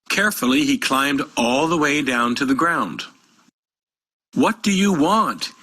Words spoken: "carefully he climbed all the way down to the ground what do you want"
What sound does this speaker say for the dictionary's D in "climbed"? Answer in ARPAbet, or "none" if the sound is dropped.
D